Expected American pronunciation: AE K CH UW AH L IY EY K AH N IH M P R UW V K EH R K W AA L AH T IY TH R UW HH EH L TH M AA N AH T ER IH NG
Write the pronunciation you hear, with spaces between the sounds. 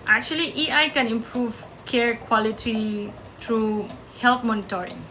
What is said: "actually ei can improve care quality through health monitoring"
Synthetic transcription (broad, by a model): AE K CH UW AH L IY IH K AH N IH M P R UW V K EH R K W AA L AH T IY T R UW HH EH L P M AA N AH T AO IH NG